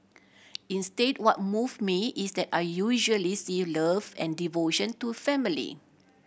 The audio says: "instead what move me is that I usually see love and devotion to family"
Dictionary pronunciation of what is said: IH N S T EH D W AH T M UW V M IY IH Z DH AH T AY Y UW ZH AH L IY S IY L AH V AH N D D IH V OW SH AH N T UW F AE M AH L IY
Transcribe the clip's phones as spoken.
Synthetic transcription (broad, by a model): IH N S T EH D W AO T M UW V M IY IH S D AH T AY Y UW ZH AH L IY S IY L AH V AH N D D IH V OW SH AH N T UW F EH M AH L IY